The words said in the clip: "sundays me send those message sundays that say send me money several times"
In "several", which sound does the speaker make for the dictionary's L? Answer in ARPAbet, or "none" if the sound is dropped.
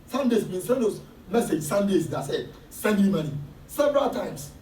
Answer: L